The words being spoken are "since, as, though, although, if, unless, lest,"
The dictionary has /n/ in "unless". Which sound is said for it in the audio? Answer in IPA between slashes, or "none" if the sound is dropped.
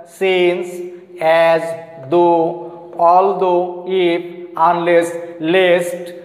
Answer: /n/